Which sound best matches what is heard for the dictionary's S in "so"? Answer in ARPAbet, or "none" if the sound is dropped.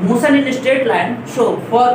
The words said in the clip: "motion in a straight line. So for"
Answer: SH